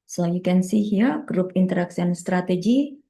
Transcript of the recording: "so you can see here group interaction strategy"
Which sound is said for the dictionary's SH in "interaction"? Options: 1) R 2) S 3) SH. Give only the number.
2